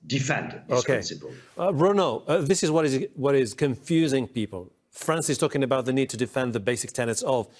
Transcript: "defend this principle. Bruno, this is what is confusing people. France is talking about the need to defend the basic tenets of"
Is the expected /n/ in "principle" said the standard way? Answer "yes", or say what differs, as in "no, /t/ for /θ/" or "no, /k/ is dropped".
no, /n/ is dropped